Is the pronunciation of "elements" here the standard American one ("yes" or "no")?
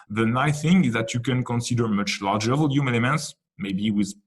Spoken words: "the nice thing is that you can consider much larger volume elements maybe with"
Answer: yes